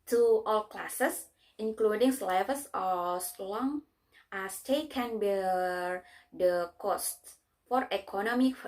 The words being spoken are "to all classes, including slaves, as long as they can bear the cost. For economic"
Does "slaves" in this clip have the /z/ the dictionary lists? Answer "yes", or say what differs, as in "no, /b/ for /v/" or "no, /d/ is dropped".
no, /s/ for /z/